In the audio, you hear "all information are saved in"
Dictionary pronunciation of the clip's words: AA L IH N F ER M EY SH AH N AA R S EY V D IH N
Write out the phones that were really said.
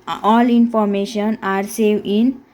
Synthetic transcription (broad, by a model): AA L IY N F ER M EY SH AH N AA R S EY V IH N